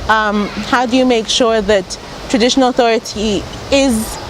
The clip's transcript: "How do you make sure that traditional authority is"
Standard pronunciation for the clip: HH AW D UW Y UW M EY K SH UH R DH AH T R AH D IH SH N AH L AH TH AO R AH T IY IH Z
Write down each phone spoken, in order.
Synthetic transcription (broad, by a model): HH AW D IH Y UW M EY K SH UH R DH AH T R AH D IH SH N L AH TH AO R AH T IY IH Z